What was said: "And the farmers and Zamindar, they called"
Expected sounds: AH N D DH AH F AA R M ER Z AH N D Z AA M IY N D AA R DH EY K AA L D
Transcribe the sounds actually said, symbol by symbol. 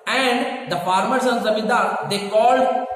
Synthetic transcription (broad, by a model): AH N D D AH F AA R M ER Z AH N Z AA M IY D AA R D EY K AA L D